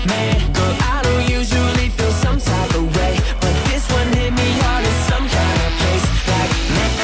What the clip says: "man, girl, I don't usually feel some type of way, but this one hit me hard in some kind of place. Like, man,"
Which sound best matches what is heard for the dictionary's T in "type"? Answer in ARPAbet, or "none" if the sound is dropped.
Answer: S